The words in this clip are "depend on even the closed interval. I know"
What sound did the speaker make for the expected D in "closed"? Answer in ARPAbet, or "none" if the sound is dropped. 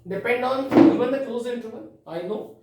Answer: none